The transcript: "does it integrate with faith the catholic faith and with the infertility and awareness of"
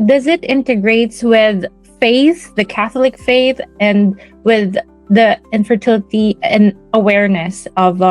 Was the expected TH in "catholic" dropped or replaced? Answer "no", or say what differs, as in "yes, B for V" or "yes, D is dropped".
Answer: no